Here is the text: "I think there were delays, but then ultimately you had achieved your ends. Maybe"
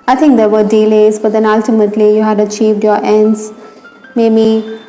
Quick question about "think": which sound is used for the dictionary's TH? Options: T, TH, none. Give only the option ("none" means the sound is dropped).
T